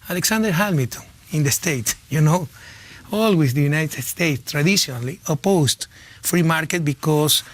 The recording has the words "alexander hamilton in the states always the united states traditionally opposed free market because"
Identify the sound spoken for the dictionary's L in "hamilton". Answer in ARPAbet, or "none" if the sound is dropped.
none